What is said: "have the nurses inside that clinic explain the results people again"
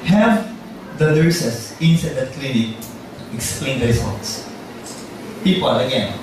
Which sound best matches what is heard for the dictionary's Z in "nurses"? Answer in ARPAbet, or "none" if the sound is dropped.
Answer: S